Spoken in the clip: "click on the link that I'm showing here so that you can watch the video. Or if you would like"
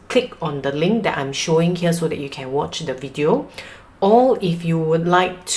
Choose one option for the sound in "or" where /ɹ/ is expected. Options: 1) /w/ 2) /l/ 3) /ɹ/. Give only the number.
2